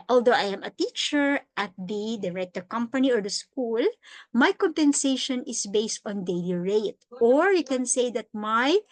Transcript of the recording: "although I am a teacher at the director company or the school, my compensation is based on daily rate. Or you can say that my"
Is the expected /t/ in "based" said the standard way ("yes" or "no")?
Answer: yes